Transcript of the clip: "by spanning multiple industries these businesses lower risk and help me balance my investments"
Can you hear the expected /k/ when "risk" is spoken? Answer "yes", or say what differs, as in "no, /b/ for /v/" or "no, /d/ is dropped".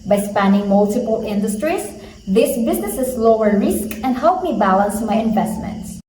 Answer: yes